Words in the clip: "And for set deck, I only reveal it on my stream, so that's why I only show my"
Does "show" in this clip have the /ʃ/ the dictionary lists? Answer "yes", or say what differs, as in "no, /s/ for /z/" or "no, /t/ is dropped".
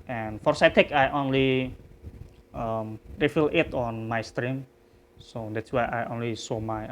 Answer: no, /s/ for /ʃ/